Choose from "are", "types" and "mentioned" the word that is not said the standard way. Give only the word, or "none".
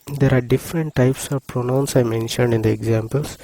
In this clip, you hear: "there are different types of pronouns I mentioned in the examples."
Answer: none